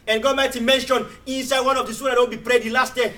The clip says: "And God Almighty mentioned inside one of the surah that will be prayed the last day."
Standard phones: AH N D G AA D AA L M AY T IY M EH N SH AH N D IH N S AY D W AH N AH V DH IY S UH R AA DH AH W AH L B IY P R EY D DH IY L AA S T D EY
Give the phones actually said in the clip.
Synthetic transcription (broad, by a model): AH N G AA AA M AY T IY M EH N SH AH N IH N S AY D W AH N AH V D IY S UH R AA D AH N B IY P R EY D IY L AA S T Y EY